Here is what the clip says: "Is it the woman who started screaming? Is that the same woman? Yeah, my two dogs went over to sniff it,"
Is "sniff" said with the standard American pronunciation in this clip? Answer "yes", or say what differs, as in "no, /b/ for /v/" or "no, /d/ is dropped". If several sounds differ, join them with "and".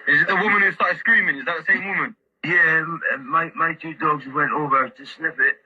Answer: no, /l/ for /n/